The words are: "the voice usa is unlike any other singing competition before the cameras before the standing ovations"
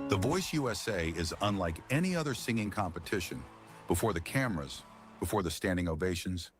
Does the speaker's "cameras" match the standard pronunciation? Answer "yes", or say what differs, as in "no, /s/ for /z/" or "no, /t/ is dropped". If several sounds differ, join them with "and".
yes